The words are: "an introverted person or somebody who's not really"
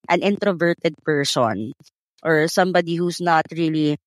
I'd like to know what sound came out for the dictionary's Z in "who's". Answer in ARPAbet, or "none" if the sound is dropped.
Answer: S